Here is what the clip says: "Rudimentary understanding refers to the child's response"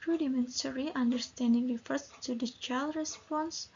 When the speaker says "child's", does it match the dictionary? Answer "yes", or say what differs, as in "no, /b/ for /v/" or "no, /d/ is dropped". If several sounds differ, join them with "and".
no, /z/ is dropped